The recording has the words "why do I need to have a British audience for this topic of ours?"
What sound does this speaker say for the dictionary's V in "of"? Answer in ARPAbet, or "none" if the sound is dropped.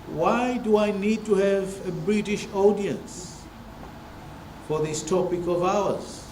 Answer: V